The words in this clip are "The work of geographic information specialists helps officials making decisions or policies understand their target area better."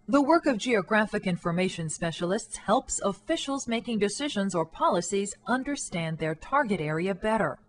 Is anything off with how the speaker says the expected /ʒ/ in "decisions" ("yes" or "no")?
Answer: no